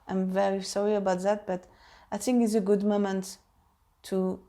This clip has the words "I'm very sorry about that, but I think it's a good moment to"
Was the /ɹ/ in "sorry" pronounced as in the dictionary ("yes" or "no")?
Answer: yes